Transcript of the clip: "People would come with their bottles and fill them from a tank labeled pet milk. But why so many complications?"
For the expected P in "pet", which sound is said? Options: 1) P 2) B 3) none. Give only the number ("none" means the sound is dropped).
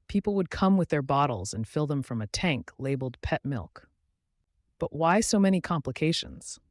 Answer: 1